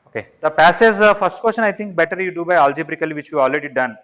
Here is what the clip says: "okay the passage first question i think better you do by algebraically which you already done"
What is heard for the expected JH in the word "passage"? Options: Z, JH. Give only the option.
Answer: Z